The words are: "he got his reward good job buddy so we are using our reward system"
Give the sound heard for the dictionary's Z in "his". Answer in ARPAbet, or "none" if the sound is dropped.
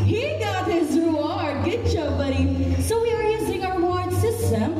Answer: Z